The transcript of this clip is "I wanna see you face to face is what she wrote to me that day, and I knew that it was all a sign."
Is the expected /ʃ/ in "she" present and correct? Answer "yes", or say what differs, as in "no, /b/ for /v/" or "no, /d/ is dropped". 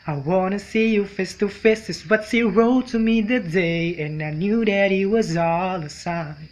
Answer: no, /s/ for /ʃ/